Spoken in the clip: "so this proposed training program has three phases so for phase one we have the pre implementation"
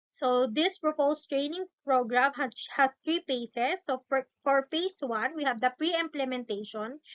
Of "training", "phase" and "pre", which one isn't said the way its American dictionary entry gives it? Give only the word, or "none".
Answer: phase